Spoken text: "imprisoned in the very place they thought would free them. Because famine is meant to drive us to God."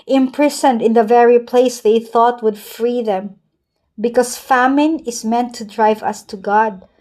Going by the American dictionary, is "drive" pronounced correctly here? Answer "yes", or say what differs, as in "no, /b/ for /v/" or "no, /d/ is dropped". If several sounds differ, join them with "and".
yes